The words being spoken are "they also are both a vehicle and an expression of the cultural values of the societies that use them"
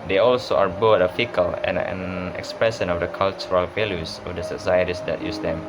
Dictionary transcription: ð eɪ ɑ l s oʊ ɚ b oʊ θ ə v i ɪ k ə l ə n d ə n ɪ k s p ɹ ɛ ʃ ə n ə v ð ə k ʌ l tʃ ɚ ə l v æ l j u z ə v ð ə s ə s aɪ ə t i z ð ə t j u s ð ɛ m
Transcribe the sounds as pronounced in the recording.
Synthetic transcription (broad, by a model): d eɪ ɑ l s oʊ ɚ b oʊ t ə f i k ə l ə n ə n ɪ k s p ɹ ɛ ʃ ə n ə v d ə k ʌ l tʃ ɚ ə l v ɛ l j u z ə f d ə s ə s aɪ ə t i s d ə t j u s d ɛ m